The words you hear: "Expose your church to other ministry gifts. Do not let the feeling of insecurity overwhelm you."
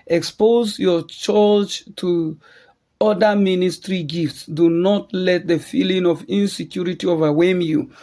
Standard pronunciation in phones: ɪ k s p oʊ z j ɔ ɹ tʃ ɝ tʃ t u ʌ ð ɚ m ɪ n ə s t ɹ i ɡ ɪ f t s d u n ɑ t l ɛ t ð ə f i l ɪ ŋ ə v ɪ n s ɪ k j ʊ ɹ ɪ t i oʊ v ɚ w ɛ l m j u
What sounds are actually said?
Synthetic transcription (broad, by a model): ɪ k s p oʊ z j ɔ tʃ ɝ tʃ t u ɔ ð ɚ m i n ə s t ɹ i ɡ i f t s d u n ɑ t l ɛ t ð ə f i l ɪ ŋ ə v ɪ n s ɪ k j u ɹ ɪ t i oʊ v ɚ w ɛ m j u